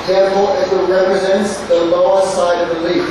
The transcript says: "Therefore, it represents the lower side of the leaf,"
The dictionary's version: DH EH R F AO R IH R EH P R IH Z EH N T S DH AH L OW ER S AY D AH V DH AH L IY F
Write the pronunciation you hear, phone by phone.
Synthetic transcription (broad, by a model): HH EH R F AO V IH R EH P R IH Z EH N T S DH AH L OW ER S AY D AH V DH AH L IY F